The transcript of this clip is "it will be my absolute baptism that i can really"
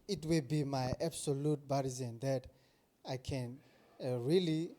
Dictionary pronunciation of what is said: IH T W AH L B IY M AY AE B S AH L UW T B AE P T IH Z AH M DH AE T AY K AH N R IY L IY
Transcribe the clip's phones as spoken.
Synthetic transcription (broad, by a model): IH T W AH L B IY M AY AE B S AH L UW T B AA T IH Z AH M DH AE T AY K AH N R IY L IY